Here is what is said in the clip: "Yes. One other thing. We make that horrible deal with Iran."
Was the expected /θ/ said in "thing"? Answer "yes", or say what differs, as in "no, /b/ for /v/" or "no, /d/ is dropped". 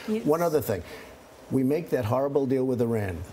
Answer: yes